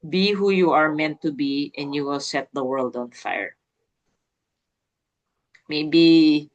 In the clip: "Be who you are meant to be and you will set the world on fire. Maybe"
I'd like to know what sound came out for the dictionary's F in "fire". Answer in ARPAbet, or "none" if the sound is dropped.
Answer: F